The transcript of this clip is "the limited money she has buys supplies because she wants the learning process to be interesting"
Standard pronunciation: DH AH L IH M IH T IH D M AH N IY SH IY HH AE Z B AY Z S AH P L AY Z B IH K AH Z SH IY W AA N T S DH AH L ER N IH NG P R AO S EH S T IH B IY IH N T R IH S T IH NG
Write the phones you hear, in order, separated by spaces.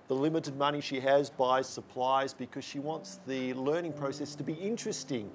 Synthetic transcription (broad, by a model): DH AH L IH M IH T IH D M AH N IY SH IY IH Z B AY S AH P L AY Z B IH K AH Z SH IY W AA N T S DH AH L ER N IH NG P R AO S EH S T IH B IY IH N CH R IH S T IH NG